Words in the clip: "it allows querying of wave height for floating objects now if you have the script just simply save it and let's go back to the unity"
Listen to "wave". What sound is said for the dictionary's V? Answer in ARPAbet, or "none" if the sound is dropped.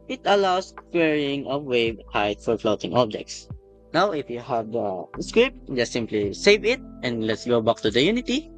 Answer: B